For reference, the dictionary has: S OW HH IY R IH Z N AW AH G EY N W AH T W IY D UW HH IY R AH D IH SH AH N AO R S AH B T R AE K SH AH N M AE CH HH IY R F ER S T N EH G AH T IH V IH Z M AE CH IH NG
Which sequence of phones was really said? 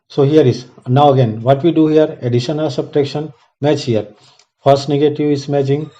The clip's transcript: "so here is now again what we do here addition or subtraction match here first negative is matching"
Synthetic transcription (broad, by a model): S OW HH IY R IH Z N AW AH G EY N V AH T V IY D UW HH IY R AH D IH SH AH N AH L S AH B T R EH K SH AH N M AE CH HH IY R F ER S T N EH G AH T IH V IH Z M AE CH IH NG